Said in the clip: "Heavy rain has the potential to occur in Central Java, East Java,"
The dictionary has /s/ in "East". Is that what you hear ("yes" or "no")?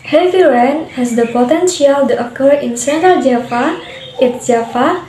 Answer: no